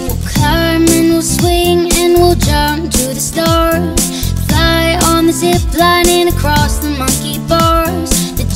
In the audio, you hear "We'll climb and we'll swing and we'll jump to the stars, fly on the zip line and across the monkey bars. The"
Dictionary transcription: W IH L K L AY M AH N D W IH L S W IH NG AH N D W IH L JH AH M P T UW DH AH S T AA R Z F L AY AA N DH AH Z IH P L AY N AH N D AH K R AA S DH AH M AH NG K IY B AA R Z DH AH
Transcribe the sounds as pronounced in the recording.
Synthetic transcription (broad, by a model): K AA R M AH N W IH L S W IH NG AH N W IH L JH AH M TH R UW DH AH S T AA R Z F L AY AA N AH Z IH B L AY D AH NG AH K R AA S DH AH M AH NG K IY B AA R Z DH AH